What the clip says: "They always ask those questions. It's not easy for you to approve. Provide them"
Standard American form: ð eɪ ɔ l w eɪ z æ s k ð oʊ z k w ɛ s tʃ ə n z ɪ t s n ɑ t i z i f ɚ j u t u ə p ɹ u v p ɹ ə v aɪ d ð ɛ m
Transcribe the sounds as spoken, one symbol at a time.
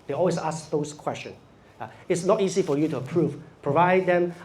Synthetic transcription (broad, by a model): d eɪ ɔ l w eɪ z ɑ s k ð oʊ s k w ɛ s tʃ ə n s ɪ t s n ɑ t i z i f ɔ j u t u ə p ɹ u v p ɹ ə v aɪ d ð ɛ m